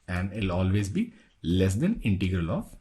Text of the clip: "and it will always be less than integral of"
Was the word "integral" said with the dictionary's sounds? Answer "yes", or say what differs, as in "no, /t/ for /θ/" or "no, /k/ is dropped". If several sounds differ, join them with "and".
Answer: yes